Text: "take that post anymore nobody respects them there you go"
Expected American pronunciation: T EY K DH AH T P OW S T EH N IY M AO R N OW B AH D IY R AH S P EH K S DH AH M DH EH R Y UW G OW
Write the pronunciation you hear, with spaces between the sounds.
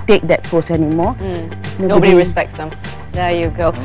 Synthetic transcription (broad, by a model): T EY K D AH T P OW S EH N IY M AO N N OW B AH D IY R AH S P EH K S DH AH M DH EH Y UW G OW